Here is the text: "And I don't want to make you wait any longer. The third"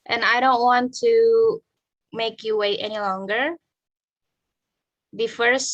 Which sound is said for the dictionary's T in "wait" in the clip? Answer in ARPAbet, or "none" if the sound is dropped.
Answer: T